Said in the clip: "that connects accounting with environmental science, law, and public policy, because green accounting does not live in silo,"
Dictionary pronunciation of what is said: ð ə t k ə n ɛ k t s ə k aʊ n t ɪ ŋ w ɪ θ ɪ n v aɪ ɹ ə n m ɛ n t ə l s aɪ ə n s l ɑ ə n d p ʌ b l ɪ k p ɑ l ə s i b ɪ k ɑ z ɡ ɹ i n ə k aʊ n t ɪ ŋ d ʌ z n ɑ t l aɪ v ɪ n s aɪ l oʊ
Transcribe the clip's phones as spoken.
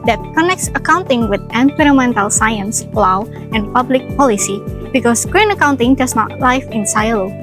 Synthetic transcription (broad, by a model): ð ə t k ə n ɛ k t s ə k aʊ n t ɪ ŋ w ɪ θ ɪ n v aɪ ɹ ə m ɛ n t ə l s aɪ ə n s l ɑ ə n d p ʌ b l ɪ k p ɑ l ə s i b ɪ k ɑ s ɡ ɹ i n ə k aʊ n t ɪ ŋ d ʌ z n ɑ t l aɪ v ɪ n s aɪ l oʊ